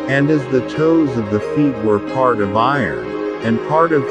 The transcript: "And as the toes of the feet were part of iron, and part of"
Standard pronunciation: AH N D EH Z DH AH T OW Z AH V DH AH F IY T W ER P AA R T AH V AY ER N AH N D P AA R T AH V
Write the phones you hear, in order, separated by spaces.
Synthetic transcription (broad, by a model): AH N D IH Z DH AH T OW Z AH V DH AH F IY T W ER P AA R T AH V AY ER N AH N P AA R T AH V